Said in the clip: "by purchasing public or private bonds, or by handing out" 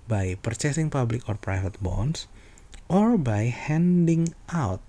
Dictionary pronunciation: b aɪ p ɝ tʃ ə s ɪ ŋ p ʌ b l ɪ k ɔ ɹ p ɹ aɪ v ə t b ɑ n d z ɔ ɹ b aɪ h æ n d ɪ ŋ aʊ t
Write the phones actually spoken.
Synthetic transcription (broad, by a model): b aɪ p ɝ tʃ ə s ɪ ŋ p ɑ b l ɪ k ɔ ɹ p ɹ aɪ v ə t b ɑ n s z ɔ ɹ b aɪ h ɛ n d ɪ ŋ aʊ t